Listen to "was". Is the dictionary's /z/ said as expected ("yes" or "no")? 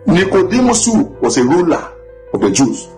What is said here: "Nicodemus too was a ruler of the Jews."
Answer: no